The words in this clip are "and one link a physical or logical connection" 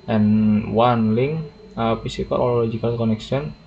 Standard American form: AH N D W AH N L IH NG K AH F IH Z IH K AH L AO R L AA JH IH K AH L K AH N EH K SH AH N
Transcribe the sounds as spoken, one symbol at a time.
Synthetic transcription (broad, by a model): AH N W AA N L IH NG AH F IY S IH K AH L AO L L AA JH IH K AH L K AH N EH K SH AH N